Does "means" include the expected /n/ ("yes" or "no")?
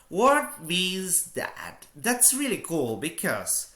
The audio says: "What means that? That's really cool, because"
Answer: no